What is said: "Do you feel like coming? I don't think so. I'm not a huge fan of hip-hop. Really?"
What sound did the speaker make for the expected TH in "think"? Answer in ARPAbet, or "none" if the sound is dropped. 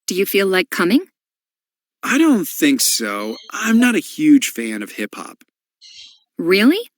TH